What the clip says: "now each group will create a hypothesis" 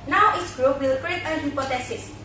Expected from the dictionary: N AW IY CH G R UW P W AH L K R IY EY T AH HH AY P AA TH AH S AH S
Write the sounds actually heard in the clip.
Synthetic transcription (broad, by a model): N AW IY S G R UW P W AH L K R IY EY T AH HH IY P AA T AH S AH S